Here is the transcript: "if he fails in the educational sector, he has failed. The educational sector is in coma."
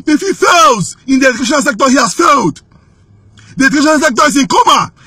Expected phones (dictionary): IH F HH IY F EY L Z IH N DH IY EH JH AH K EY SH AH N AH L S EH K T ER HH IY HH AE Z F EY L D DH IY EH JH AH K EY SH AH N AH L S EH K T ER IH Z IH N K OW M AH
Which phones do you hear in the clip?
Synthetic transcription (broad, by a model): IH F HH IY F EY L Z IH N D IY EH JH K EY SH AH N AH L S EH K T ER HH IY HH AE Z F EY L D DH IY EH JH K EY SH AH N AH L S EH K T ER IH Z IH N K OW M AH